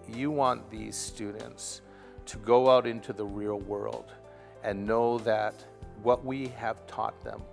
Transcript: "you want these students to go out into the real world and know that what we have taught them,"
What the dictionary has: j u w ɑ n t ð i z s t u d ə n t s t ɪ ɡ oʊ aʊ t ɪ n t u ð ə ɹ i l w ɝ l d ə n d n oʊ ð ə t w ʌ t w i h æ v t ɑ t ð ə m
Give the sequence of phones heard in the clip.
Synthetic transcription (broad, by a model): j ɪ w ɑ n ð i z s t u d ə n t s t ɪ ɡ oʊ aʊ t ɪ n t u ð ə ɹ i l w ɝ l d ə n n oʊ ð ə t w ʌ t w i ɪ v t ɑ t ð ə m